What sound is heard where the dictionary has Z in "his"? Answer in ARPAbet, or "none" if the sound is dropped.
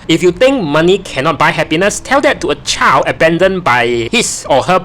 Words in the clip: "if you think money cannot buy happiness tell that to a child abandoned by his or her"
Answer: S